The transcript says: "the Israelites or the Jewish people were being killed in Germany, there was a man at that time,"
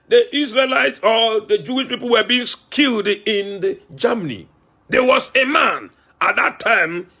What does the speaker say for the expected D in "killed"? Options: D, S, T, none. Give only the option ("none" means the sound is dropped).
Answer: D